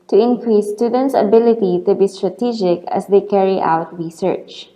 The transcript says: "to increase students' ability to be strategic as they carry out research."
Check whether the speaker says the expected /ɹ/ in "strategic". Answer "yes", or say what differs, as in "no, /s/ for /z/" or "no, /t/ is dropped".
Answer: yes